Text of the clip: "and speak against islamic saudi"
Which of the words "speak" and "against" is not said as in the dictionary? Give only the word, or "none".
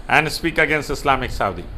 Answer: none